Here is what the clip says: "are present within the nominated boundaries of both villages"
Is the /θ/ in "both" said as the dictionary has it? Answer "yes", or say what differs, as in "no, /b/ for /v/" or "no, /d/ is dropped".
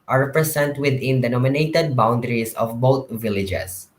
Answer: no, /t/ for /θ/